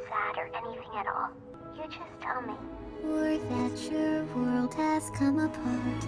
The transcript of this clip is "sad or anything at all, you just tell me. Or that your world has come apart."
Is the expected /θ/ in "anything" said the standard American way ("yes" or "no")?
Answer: yes